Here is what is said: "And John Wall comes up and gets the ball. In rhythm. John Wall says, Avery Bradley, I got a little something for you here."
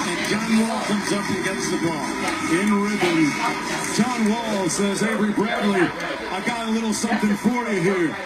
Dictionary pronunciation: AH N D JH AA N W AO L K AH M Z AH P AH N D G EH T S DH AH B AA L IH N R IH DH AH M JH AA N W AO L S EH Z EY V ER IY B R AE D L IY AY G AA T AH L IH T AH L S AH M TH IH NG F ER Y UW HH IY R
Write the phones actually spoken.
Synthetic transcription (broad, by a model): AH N JH AA N W AO L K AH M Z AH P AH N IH G EH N S DH AH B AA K IH N R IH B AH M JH AA N W AO L S EH Z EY B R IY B R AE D L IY AY G AA T AH L IH T L S AH M TH IH NG F ER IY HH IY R